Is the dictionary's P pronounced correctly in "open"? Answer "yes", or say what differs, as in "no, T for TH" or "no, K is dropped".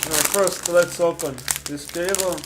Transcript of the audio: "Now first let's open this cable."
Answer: yes